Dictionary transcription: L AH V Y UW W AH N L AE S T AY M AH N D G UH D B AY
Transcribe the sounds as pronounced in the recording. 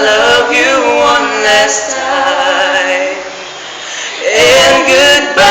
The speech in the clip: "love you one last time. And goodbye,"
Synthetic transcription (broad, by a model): L AH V Y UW W AH N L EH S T AY AH N G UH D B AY